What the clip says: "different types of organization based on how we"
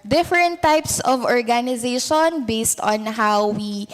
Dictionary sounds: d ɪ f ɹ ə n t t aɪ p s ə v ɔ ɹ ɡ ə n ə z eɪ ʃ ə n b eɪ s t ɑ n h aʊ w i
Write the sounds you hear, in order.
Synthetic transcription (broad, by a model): d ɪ f ɹ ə n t t aɪ p s ə v ɔ ɹ ɡ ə n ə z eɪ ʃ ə n b eɪ s t ɑ n h aʊ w i